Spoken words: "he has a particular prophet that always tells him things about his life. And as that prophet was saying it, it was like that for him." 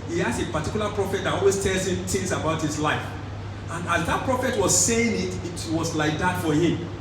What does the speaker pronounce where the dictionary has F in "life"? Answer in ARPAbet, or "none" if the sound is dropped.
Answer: F